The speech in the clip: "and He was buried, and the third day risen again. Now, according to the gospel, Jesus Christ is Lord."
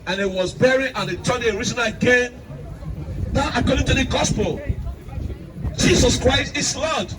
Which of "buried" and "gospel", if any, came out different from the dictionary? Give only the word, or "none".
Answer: buried